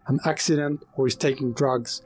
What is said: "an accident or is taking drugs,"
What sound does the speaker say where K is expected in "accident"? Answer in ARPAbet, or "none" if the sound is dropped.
K